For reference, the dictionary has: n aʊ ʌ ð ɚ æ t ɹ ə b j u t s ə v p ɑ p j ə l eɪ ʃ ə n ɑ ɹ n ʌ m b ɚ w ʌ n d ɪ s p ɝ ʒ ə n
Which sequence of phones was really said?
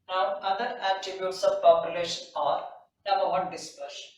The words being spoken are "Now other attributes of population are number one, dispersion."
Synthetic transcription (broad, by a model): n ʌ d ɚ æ t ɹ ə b j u t s ə v p ɑ p j ə l eɪ ʃ ə n ɑ ɹ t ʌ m ɚ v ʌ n d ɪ s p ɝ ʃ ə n